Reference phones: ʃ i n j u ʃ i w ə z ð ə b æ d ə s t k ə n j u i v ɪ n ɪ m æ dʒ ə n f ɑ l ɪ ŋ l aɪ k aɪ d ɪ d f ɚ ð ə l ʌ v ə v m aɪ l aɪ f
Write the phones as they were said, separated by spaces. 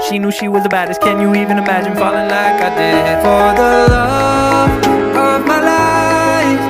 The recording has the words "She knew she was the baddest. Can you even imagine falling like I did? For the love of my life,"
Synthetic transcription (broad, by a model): ʃ i n j u ʃ i w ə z ð ə b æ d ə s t k ə n j u i v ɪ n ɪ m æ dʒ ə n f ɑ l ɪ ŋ l aɪ k aɪ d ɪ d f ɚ ð ə l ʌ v ə v m aɪ l aɪ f